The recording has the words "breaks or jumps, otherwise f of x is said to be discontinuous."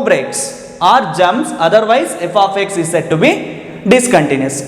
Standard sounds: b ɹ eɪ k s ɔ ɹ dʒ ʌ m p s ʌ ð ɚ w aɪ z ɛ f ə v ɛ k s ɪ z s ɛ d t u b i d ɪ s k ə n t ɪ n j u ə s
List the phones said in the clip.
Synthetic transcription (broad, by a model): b ɹ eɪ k s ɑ ɹ dʒ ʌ m s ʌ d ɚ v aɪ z ɛ f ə f ɛ k s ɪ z s ɛ d t u b i d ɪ s k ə n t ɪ n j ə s